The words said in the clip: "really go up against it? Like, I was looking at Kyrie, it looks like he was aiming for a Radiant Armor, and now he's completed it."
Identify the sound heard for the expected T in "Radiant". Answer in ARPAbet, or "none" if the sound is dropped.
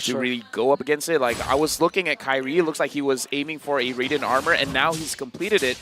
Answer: none